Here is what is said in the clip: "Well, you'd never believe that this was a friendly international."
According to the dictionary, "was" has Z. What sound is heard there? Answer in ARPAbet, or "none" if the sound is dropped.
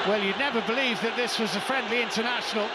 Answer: Z